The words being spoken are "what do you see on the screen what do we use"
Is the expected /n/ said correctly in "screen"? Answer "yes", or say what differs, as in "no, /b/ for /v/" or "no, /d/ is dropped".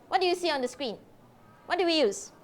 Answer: yes